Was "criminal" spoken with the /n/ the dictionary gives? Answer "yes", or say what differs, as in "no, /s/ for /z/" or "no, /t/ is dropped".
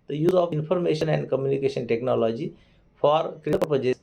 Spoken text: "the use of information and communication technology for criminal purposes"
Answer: no, /n/ is dropped